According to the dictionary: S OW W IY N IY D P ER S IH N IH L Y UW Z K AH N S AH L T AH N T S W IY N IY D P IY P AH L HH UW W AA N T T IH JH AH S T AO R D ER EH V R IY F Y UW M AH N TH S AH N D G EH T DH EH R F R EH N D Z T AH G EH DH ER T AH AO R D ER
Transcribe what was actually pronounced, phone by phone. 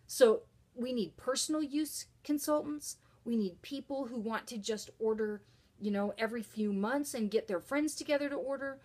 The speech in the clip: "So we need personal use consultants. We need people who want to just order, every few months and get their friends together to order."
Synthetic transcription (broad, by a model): S OW W IY N IY D P ER S N L Y UW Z K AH N S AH L T N T S W IY N IY D P IY P L HH UW W AA N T T IH JH AH S T AO R D ER EH V R IY F Y UW M AH N TH S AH N G EH T DH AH R F R EH N D Z T AH G EH DH ER T AH AO R D ER